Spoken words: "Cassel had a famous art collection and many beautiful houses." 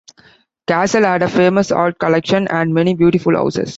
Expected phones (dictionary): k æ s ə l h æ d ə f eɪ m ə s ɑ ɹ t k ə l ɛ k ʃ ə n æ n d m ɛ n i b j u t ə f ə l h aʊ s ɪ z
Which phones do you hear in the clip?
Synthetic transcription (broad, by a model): k æ s ə l h æ d ə f eɪ m ə s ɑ l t k ə l ɛ k ʃ ə n æ n d m ɛ n i b j u t ə f ə l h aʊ s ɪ s